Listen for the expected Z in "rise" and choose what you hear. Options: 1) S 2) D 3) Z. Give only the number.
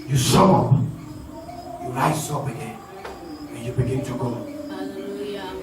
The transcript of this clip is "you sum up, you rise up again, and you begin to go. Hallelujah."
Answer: 1